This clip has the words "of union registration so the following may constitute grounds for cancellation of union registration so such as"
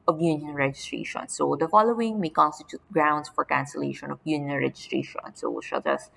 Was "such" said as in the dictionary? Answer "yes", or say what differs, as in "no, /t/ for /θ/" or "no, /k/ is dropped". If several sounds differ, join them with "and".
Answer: no, /ʃ/ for /s/